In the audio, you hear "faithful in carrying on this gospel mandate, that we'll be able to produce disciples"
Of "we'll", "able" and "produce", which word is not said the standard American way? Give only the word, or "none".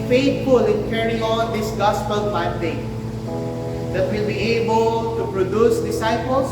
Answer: none